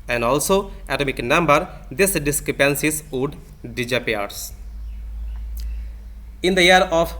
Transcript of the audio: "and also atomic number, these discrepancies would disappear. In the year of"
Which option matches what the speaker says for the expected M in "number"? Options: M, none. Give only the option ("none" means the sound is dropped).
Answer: M